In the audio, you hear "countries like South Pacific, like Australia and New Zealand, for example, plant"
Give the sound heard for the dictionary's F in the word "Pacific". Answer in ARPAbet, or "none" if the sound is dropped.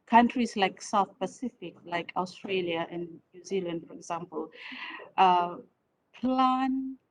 F